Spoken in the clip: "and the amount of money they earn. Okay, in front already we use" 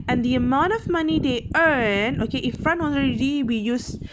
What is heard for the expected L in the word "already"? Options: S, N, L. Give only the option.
N